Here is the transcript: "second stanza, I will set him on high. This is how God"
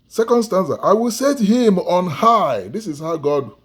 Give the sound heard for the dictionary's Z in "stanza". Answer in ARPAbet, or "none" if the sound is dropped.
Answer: S